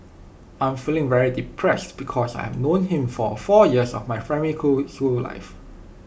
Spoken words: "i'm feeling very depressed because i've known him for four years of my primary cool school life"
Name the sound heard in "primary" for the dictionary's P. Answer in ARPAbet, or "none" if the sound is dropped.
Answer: F